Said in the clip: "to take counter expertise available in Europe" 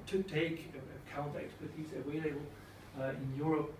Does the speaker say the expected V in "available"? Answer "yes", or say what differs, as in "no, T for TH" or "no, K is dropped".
no, W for V